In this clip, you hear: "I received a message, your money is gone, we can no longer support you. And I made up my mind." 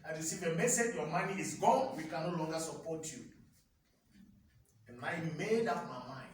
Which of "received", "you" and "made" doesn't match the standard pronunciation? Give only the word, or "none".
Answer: received